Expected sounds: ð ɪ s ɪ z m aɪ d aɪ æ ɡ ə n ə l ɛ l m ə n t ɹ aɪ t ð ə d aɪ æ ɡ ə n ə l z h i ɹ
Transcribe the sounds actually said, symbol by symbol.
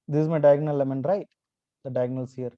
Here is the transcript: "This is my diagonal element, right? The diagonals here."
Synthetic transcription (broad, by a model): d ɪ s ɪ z m aɪ d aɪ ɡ n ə l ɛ m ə n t ɹ aɪ t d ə d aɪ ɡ n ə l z h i ɹ